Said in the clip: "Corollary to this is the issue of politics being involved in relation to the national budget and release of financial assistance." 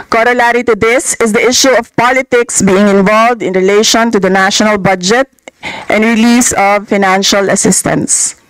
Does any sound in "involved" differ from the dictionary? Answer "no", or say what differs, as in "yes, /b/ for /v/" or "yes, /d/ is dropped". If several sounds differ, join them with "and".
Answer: no